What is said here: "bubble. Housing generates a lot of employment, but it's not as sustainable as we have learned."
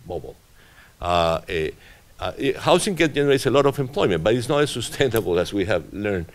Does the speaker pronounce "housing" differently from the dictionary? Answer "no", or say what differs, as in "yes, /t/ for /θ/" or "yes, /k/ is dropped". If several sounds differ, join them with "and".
yes, /s/ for /z/